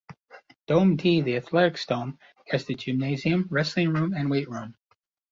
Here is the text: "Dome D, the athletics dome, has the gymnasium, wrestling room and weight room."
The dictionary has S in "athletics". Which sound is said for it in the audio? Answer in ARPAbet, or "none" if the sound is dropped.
S